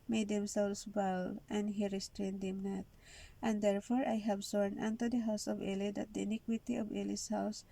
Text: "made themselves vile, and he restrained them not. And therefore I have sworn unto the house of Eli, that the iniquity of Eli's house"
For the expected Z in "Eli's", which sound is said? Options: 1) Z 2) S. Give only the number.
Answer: 2